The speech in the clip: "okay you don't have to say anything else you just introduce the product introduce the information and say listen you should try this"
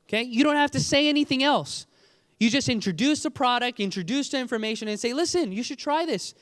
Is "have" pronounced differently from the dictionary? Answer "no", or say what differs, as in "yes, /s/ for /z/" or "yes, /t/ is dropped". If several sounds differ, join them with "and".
yes, /f/ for /v/